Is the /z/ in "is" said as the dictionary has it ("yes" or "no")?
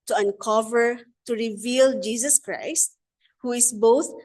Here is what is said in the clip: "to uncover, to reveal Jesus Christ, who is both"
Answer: no